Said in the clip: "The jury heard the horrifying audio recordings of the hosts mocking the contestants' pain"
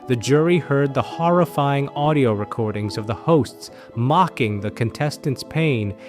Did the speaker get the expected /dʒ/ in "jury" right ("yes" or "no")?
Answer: yes